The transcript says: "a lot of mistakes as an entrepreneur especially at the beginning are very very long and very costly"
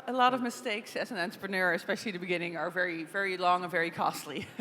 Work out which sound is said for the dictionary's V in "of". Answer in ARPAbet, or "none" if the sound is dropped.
V